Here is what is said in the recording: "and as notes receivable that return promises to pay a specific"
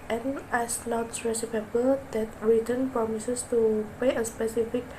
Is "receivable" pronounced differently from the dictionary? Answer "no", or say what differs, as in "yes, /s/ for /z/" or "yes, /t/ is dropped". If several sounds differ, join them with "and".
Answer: yes, /p/ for /v/